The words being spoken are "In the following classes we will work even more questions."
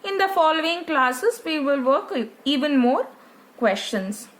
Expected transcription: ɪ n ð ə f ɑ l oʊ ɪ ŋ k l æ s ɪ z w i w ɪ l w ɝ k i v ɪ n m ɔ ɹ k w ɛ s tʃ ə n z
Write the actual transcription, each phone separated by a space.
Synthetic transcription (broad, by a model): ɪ n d ə f ɑ l oʊ ɪ ŋ k l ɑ s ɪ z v i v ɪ l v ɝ k i v ɪ n m ɔ ɹ k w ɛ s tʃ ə n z